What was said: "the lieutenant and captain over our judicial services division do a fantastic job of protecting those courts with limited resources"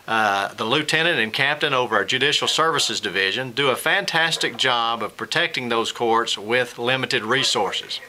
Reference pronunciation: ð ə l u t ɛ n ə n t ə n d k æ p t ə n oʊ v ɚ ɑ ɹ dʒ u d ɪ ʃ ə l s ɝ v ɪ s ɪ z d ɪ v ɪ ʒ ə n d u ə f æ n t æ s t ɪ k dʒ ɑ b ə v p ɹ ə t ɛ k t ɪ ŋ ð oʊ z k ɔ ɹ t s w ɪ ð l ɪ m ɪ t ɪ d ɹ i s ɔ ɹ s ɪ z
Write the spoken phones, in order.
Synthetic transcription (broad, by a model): ð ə l u t ɛ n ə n t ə n k æ p t ə n oʊ v ɚ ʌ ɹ dʒ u d ɪ ʃ l s ɝ v ɪ s ɪ z d ɪ v ɪ ʒ ə n d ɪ ə f æ n t æ s t ɪ k dʒ ɑ b ə v p ɹ ə t ɛ k t ɪ ŋ ð oʊ z k ɔ ɹ t s w ɪ ð l ɪ m ɪ t ɪ d ɹ i s ɔ ɹ s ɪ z